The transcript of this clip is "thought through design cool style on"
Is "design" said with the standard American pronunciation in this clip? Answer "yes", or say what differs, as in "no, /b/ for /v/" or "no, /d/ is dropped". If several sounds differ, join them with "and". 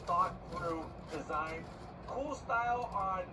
yes